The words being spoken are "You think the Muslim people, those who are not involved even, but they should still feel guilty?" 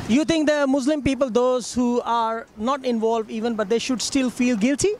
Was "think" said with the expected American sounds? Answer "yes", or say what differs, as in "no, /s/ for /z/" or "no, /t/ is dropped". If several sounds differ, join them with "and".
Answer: no, /t/ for /θ/